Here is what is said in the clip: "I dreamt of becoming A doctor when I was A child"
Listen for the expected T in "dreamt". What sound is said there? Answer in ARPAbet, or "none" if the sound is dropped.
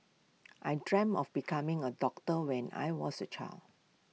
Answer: none